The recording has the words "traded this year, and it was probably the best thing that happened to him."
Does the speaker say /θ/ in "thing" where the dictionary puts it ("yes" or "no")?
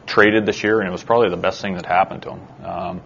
yes